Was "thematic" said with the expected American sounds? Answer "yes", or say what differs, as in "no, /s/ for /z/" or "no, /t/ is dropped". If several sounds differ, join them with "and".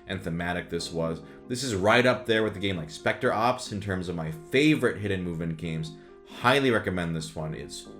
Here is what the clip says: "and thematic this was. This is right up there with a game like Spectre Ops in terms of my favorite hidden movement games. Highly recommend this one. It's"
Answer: yes